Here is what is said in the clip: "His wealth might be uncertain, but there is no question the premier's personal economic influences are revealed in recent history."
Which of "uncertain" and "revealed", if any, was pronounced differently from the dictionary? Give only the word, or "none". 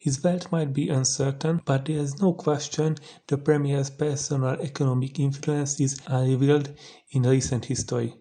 revealed